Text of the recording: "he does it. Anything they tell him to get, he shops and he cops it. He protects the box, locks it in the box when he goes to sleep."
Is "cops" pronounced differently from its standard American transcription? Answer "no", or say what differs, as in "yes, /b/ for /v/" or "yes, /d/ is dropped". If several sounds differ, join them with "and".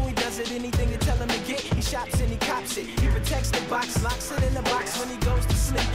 no